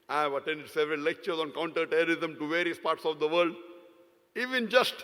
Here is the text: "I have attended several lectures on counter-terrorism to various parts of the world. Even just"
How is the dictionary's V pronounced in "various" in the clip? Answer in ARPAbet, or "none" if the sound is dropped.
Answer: V